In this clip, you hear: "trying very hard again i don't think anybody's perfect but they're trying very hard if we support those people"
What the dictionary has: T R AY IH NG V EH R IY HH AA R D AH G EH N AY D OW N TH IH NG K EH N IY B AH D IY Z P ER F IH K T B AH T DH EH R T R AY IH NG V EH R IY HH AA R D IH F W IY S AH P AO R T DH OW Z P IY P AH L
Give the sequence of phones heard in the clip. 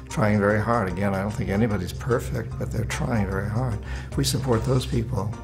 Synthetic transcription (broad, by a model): T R AY IH NG V EH R IY HH AA R D AH G EH N AY D OW N TH IH NG K EH N IY B AH D IY Z P ER F IH K T B AH T DH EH R T R AY IH NG V EH R IY HH AA R D W IY S AH P AO R T DH OW Z P IY P L